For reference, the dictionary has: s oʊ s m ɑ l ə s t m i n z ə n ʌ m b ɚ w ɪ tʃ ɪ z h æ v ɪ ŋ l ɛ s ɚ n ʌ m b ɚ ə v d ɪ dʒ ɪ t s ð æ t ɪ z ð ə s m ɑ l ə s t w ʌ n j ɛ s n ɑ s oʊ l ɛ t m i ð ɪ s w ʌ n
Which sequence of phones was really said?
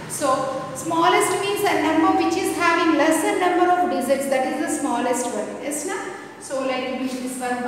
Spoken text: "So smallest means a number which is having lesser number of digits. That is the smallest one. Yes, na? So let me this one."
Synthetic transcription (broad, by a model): s oʊ s m ɑ l ə s t m i n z ə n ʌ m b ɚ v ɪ tʃ ɪ z h æ v ɪ ŋ l ɛ s ɚ n ʌ m b ɚ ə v d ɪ z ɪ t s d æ t ɪ z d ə s m ɑ l ə s t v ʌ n j ɛ s n ɑ s oʊ l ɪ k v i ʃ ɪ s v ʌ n